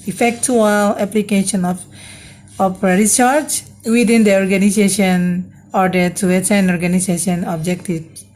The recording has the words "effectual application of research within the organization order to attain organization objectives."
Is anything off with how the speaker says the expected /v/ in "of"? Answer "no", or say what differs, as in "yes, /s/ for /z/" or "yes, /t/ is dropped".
yes, /p/ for /v/